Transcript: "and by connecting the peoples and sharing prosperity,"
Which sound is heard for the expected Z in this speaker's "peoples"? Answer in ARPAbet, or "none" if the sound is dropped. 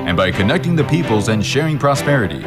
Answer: Z